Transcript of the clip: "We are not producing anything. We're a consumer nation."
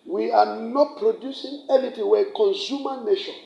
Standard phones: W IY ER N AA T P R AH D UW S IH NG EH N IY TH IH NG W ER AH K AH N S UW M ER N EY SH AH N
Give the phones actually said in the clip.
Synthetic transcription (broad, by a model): W IY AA N AA T P R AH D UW S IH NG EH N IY T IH W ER AH K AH N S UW M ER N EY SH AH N